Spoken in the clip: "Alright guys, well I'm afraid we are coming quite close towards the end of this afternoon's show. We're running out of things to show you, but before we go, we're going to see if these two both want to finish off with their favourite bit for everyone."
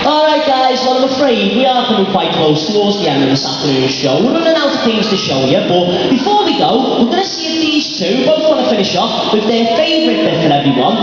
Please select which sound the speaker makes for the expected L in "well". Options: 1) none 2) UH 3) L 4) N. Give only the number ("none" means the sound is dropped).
4